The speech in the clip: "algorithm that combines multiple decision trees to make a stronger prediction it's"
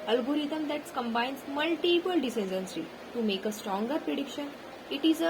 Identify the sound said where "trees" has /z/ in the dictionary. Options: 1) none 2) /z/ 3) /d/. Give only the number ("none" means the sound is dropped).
1